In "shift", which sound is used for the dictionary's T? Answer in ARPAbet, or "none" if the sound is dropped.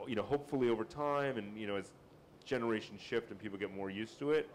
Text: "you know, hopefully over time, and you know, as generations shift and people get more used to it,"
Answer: T